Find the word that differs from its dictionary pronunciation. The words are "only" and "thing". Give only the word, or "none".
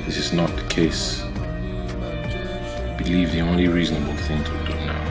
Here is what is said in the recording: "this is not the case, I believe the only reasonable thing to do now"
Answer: none